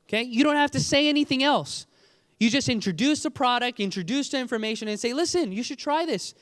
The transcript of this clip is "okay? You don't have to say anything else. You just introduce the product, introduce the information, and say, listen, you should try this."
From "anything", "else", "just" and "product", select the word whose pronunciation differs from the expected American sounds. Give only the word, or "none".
none